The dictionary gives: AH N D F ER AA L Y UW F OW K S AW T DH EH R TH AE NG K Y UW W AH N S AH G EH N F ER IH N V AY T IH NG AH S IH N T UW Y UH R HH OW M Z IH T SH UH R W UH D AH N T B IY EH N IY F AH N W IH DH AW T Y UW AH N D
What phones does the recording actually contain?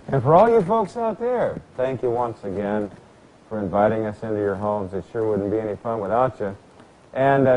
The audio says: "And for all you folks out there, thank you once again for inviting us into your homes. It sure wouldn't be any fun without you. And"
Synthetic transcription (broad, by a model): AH N F ER AA L Y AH F OW K S AW T DH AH R TH AE NG K Y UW W AH N S AH G EH N F ER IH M V AY T IH NG AH S IH N T UW Y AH R HH OW M Z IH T SH UH R W UH D N B IY EH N IY F AH N W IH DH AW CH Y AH N